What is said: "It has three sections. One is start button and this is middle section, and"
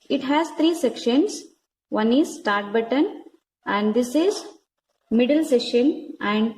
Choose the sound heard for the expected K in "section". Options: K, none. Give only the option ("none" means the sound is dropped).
none